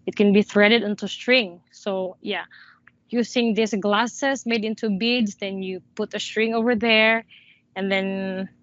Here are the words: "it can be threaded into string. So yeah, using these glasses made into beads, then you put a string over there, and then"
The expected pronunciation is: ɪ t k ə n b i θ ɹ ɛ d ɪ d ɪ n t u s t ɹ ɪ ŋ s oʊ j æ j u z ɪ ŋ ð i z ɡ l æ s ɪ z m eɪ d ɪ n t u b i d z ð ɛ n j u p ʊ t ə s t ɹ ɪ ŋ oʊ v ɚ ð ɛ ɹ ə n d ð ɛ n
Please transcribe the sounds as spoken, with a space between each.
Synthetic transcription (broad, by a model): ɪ t k ə n b i θ ɹ ɛ d ɪ d ɪ n t u s t ɹ ɪ ŋ s oʊ j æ j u s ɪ ŋ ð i s ɡ l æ s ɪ s m eɪ d ɪ n t u b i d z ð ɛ n j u p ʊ t ə s t ɹ ɪ ŋ oʊ v ɚ ð ɛ ɹ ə n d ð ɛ n